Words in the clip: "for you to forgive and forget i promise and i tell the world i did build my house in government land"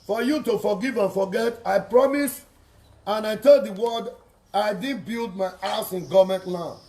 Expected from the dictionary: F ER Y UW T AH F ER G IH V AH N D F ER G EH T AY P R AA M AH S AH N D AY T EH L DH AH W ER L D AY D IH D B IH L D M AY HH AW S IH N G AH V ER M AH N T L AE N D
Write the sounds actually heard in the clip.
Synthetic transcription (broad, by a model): F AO Y UW T AH F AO G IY V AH N F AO G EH T AY P R AA M AH S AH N AY T EH L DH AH W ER D AY D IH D B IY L D M AY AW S IH N G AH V M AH N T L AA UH